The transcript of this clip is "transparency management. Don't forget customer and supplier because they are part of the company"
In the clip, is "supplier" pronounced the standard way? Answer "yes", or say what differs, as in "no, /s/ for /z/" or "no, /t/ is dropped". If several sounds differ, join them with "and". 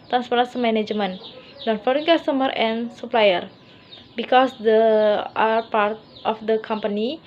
yes